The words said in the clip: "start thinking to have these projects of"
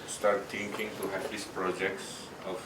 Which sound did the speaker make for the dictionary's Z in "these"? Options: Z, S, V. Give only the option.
S